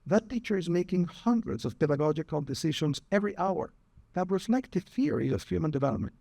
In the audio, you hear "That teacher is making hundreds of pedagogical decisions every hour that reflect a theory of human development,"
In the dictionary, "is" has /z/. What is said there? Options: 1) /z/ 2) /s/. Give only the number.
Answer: 1